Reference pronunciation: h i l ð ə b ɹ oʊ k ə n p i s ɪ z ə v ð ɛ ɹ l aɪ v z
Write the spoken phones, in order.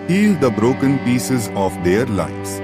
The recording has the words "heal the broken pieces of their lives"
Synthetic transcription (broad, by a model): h i l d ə b ɹ oʊ k ə n p i s ɪ z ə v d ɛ ɹ l aɪ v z